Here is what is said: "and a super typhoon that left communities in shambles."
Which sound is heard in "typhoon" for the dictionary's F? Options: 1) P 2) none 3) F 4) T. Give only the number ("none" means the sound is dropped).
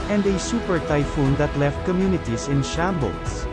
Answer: 3